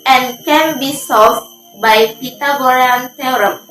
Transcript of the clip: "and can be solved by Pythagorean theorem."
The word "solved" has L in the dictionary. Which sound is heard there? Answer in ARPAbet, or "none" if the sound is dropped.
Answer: none